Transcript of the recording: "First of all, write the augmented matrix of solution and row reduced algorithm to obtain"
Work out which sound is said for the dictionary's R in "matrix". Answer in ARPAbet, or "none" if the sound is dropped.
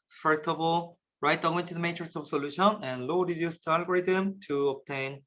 none